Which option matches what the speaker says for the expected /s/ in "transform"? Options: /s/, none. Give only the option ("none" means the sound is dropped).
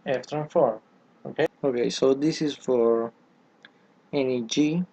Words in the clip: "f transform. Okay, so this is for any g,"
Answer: none